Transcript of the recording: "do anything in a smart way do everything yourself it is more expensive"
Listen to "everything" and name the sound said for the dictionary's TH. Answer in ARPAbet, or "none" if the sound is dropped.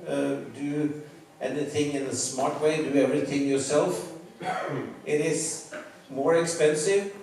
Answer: TH